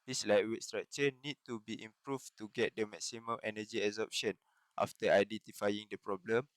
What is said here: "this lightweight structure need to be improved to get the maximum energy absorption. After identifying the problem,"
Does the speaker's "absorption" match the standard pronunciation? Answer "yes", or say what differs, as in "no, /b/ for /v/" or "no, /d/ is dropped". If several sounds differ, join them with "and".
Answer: no, /b/ is dropped